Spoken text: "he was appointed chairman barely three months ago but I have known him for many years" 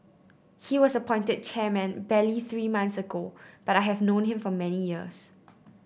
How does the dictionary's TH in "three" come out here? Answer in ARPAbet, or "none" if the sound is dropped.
TH